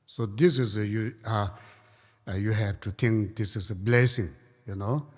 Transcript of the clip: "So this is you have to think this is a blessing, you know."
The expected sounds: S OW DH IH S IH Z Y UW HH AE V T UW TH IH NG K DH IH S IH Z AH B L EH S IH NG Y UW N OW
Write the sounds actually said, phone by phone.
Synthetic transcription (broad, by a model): S OW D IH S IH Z Y UW HH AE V T UW T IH NG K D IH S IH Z AH B L EH S IH NG Y UW N OW